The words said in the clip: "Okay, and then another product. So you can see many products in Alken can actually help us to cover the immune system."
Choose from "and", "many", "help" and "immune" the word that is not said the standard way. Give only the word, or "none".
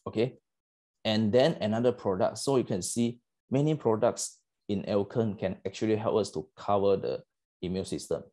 immune